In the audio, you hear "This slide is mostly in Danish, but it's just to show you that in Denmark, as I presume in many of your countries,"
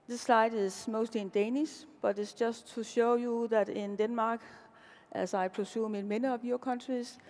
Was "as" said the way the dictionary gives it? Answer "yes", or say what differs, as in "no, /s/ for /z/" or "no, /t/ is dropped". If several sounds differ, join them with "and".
no, /s/ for /z/